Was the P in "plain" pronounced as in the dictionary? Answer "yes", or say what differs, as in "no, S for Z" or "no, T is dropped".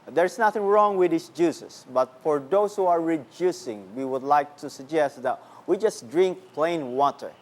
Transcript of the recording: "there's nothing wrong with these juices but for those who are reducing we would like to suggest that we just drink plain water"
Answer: yes